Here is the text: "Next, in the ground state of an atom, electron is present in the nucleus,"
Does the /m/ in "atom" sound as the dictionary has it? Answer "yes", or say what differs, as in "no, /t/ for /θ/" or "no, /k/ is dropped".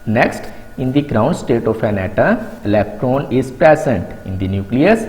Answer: no, /m/ is dropped